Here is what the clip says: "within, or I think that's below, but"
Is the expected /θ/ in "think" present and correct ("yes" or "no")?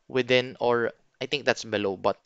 no